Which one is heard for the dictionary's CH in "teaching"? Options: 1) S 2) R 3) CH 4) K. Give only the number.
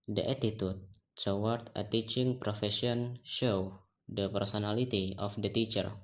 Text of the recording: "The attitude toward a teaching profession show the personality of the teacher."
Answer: 3